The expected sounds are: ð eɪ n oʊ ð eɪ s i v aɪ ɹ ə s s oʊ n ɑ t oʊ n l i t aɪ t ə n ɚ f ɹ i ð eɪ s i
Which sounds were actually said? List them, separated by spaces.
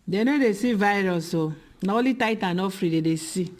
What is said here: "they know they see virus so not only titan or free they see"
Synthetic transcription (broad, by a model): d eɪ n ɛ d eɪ s i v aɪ ɹ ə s s oʊ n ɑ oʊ l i t aɪ t ə n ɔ f ɹ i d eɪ s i